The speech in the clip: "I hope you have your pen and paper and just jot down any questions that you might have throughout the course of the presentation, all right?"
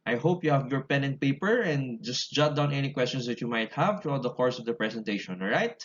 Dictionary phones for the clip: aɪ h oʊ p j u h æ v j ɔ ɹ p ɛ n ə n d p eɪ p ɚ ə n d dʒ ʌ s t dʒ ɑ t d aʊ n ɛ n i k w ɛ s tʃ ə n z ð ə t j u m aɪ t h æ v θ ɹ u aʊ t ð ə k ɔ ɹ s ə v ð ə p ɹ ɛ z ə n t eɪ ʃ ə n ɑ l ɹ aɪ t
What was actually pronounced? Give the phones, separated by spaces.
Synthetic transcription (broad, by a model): aɪ h oʊ p j u h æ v j ɔ ɹ p ɛ n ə n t p eɪ p ɚ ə n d dʒ ʌ s t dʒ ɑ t d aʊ n ɛ n i k w ɛ s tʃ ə n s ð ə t j u m aɪ t h æ v t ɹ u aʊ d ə k ɔ ɹ s ə v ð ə p ɹ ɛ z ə n t eɪ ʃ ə n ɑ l ɹ aɪ t